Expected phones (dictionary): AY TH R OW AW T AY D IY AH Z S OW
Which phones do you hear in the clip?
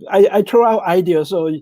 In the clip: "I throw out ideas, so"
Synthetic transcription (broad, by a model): AY T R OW AW T AY D IY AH S OW